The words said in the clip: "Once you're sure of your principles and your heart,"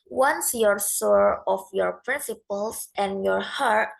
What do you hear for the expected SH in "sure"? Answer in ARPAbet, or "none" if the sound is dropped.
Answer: S